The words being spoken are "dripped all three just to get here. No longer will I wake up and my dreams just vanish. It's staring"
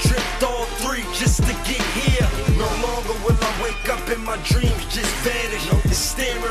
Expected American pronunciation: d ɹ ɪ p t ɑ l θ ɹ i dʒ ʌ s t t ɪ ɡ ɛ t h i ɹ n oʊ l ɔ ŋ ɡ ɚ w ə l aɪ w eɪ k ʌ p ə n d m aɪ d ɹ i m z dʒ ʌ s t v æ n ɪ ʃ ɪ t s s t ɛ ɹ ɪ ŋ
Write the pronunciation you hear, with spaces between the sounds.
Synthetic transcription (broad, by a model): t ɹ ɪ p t ɑ l θ ɹ i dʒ ʌ s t t ɪ ɡ ɛ t h i ɹ n oʊ l ɔ ŋ ɡ ɚ w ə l aɪ w eɪ k ʌ p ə n m aɪ d ɹ i m z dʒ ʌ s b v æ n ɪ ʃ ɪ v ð s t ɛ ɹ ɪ